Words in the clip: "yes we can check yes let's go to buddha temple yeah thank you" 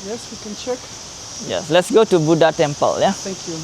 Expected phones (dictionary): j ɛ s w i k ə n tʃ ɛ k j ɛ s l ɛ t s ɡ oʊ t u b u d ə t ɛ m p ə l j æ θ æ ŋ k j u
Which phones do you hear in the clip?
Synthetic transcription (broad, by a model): j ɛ s w i k ə n tʃ ɛ k j ɛ s l ɛ t s ɡ oʊ t u b u d ə t ɛ m p ə l j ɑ t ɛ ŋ k j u